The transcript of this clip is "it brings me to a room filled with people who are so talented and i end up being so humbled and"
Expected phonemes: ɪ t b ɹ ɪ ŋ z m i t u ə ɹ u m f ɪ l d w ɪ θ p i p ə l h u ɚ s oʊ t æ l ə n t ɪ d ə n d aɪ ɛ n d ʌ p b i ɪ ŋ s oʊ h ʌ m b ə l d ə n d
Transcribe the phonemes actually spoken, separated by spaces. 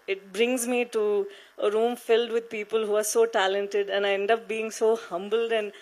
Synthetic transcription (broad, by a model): ɪ t b ɹ ɪ ŋ z m i t u ə ɹ u m f ɪ l d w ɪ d p i p ə l h u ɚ s oʊ t æ l ə n t ɪ d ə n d aɪ ɛ n d ʌ p b i ɪ ŋ s oʊ h ʌ m b ə l d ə n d